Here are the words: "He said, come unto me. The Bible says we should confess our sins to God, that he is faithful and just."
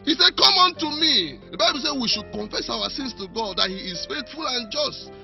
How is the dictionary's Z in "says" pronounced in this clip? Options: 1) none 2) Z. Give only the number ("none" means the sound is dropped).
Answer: 1